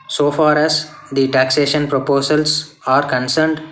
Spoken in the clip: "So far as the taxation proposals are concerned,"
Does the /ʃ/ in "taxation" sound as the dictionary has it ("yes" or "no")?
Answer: yes